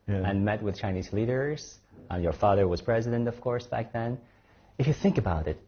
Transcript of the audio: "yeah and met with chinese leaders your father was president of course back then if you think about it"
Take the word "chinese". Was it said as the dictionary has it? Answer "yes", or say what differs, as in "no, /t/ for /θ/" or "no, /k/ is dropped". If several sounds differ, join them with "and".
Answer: yes